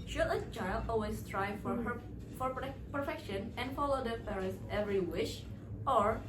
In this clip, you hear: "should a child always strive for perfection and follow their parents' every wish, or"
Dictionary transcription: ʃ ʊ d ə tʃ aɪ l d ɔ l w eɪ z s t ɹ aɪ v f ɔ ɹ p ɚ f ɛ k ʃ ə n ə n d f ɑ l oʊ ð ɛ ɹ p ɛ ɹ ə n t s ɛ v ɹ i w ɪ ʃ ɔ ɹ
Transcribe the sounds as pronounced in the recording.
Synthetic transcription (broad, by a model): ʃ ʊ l ə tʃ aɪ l ɔ l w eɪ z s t ɹ aɪ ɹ f ɔ ɹ p ɚ f ɛ k ʃ ə n ə n d f ɑ l oʊ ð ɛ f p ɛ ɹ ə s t ɛ v ɹ i w ɪ ʃ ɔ ɹ